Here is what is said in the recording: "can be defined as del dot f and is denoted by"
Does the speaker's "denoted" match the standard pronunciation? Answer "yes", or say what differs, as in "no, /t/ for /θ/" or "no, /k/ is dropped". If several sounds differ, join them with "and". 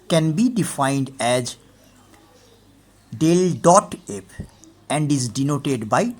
yes